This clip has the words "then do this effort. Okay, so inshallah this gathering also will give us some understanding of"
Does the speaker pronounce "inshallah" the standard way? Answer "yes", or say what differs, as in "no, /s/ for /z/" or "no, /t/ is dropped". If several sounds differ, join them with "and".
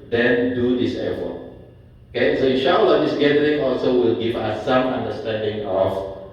no, /n/ is dropped